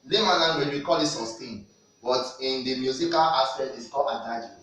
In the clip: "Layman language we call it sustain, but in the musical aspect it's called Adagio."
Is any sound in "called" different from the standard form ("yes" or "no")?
yes